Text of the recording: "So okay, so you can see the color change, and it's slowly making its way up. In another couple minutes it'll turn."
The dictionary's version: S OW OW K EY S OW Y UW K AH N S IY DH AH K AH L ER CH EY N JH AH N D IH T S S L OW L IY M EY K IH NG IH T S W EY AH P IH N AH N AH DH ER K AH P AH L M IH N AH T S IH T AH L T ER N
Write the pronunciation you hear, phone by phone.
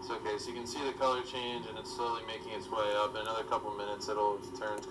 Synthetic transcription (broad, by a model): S OW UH K EY S OW Y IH K AH N S IY DH AH K AH L ER CH EY N JH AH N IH T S S L OW L IY M EY K IH NG IH T S W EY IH B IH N AH N AH DH ER K AH P L M IH N AH T S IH T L T ER N